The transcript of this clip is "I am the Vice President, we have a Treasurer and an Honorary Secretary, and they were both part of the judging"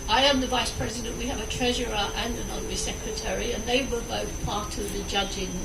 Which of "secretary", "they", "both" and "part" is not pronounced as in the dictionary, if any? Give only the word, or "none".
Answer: none